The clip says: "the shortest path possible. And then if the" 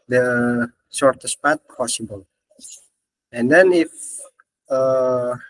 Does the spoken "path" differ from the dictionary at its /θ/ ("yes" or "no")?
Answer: yes